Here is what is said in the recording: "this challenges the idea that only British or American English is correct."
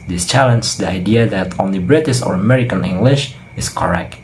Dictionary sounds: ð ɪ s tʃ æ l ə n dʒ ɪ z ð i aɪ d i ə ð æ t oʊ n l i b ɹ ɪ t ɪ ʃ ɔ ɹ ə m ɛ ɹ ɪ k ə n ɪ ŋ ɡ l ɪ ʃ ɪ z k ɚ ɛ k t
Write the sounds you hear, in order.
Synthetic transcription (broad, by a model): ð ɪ s tʃ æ l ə n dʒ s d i aɪ d i ə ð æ t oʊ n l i b ɹ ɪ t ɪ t ɔ ɹ ə m ɛ ɹ ɪ k ə n ɪ ŋ ɡ l ɪ ʃ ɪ s k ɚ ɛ k t